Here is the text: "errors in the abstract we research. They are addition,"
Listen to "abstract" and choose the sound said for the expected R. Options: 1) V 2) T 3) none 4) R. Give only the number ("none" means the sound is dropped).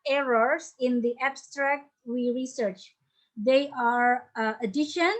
4